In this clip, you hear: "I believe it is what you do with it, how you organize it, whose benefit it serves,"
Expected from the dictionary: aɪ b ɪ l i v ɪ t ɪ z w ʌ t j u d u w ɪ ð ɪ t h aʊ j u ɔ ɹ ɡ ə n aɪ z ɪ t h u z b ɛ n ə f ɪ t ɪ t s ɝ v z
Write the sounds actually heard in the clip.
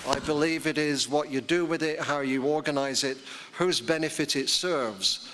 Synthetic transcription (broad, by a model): aɪ b ɪ l i v ɪ t ɪ z w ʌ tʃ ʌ d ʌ w ɪ ð ɪ t h aʊ j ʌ ɔ ɹ ɡ ə n aɪ z ɪ t h u z b ɛ n ə f ɪ t ɪ t s ɝ v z